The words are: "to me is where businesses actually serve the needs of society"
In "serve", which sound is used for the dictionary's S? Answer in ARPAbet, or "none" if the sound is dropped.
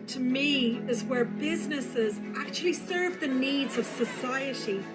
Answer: S